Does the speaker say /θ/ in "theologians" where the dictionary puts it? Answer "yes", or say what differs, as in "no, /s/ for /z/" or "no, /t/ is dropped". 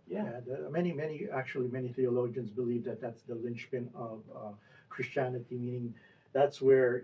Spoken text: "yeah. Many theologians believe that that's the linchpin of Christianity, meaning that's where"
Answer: yes